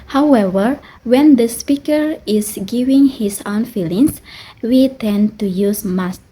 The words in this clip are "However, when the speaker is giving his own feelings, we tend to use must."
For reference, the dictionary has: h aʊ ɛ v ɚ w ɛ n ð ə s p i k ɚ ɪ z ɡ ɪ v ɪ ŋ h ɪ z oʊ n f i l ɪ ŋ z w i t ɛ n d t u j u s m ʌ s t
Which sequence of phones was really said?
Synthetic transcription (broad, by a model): h aʊ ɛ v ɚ w ɛ n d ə s p i k ɚ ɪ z ɡ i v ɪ ŋ h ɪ s oʊ n f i l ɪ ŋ s w i t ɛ n t u j u s m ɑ s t